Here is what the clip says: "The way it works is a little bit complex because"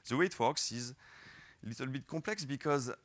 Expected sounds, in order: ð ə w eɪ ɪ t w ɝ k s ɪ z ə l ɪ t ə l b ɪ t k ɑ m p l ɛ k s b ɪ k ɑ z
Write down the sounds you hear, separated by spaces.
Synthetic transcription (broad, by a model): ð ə w eɪ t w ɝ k s ɪ z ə l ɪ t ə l b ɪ t k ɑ p l ɛ k s b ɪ k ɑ z